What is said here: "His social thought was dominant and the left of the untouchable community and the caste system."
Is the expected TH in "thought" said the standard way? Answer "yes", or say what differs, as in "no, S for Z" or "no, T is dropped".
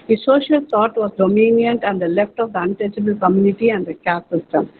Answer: no, T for TH